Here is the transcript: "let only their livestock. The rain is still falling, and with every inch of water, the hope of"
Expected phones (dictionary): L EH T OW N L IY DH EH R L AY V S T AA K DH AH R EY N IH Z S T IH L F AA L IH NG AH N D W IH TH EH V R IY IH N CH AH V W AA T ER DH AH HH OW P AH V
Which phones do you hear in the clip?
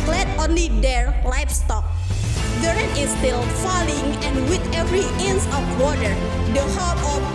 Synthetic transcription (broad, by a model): L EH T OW N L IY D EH R L AY F S T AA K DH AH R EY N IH S T IH L F AA L IH NG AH N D W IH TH EH V R IY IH N S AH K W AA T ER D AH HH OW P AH